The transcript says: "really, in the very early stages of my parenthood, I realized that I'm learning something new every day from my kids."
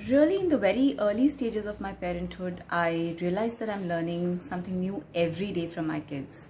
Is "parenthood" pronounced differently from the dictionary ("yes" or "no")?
no